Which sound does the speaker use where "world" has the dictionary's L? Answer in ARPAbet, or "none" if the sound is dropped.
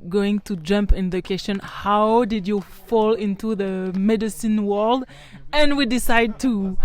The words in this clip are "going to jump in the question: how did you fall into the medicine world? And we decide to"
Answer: L